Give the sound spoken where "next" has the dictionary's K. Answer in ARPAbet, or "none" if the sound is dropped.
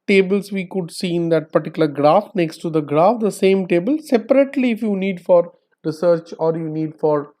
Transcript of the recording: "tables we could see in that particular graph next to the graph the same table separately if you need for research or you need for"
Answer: K